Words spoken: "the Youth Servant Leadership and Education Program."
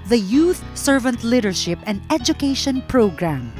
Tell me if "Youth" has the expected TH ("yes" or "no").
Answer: yes